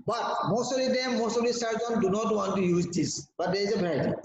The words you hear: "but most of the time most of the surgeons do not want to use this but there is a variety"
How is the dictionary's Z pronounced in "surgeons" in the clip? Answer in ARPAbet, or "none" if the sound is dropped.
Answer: none